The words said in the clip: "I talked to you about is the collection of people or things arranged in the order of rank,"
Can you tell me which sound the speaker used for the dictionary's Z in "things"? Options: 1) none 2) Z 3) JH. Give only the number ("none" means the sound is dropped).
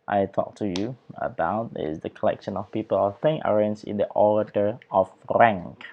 1